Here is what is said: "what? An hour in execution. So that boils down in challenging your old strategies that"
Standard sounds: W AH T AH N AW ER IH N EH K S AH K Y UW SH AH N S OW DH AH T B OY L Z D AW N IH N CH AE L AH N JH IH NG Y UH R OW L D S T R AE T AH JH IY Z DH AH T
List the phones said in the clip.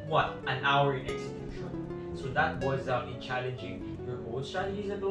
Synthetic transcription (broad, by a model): W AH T AH N AW ER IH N EH K S AH K Y UW SH AH N S OW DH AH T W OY Z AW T IH N CH AE L AH N JH IH NG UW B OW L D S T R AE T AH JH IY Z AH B